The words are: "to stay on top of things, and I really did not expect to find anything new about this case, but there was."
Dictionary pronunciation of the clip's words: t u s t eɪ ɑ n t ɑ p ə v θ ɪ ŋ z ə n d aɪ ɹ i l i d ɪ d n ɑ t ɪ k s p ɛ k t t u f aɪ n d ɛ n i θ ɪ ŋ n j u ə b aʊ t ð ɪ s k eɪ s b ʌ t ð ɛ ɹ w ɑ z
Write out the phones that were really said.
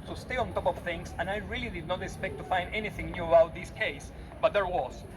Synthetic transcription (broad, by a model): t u s t eɪ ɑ n t ɑ p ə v θ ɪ ŋ s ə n aɪ ɹ i l i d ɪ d n ɑ t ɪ k s p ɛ k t t u f aɪ n d ɛ n i θ ɪ ŋ n j u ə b aʊ t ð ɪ s k eɪ s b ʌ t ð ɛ ɹ w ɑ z